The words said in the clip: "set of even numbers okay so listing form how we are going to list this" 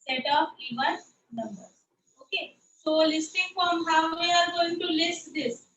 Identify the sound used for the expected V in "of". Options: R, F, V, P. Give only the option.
P